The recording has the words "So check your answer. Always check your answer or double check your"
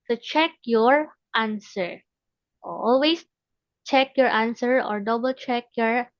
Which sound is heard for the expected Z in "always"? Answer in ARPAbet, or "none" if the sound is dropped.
S